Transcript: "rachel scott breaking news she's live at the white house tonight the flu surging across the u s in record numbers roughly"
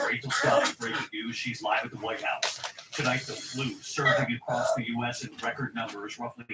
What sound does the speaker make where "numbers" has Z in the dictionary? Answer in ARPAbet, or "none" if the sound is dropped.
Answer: Z